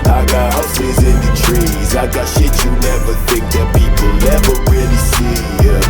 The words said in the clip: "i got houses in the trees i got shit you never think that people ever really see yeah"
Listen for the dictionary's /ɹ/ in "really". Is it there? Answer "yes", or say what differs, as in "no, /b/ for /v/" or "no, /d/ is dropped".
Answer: no, /w/ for /ɹ/